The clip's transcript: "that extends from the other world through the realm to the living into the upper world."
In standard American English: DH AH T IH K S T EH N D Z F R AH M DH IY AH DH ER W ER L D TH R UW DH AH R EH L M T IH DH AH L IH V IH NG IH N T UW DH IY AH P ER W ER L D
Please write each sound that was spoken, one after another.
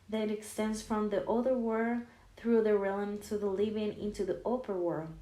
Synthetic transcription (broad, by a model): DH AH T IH K S T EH N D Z F R AH M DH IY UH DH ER W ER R TH R UW DH AH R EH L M T IH DH AH L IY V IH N IH N T UW DH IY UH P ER W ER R